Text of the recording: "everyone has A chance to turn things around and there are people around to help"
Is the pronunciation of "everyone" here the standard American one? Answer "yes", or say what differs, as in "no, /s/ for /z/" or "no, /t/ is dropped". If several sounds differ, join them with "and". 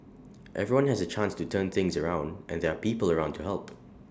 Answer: yes